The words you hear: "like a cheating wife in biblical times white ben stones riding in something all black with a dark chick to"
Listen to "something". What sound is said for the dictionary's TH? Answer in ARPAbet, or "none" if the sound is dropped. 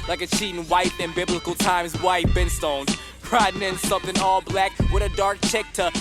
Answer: TH